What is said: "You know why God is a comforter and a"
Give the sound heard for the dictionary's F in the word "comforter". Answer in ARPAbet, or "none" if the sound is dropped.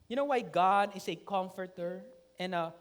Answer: F